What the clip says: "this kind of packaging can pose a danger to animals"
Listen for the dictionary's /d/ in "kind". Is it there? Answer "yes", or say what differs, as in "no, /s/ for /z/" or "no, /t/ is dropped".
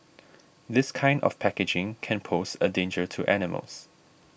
yes